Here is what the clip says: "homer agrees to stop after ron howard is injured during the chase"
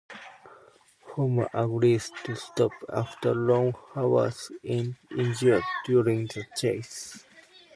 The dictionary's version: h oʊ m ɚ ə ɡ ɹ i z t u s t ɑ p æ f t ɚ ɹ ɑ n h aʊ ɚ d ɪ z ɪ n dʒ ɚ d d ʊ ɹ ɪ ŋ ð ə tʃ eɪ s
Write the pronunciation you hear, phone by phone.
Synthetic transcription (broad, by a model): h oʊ m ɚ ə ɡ ɹ i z t u s t ɑ p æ f t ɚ l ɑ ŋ h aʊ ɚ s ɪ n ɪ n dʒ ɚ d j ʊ ɹ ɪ ŋ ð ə tʃ eɪ s